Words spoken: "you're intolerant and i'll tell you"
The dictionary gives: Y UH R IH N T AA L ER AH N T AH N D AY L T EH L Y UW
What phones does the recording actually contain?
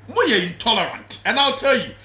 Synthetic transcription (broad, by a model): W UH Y IH N T AA L ER AH N T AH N AY L T EH L Y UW